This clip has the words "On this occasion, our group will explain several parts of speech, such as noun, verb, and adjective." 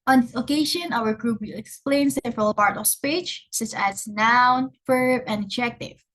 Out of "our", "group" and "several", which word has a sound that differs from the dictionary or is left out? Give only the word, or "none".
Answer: none